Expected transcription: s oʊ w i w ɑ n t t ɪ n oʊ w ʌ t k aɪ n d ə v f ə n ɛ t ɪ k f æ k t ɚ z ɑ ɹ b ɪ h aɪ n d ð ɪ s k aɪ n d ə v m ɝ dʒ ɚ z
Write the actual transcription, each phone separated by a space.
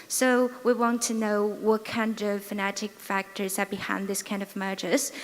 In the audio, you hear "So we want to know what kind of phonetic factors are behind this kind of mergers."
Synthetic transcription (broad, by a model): s oʊ w i w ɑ n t t ɪ n oʊ w ʌ t k aɪ n d ə v f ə n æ t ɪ k f æ k t ɚ z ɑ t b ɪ h aɪ n ð ɪ s k aɪ n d ə v m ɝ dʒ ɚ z